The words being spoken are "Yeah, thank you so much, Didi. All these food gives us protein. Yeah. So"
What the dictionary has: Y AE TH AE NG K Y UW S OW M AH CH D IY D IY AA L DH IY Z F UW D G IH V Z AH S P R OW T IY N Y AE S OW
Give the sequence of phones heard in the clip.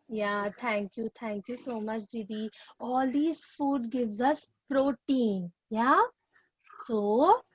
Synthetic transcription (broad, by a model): Y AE T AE NG K Y UW S OW M AH CH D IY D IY AA L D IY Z F UW D G IH V Z AH S P R OW T IY N Y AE S OW